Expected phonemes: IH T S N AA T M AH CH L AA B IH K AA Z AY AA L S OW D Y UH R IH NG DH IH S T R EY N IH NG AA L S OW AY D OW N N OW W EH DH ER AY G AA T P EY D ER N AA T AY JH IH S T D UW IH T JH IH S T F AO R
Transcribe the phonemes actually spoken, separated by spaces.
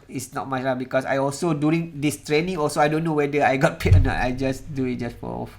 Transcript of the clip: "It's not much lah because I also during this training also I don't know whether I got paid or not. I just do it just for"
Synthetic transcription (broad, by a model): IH T S N AA T M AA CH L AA B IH K AA S AY AA L S OW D Y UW R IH NG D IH S T R EY N IH NG AA L S OW AY D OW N N OW W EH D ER AY G AA T P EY ER N AA T AY JH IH S D UW IH T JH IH S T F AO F